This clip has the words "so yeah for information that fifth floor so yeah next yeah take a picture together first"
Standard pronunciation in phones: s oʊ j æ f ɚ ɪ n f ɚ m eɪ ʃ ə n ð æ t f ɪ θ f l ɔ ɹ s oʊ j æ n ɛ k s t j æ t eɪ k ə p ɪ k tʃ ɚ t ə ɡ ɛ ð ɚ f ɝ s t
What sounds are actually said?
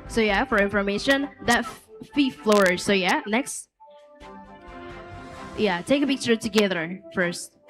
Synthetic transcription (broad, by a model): s oʊ j æ f ɚ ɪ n f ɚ m eɪ ʃ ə n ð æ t f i f l ɔ ɹ s oʊ j æ n ɛ k s t j æ t eɪ k ə b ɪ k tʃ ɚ t ə ɡ ɛ ð ɚ f ɝ s t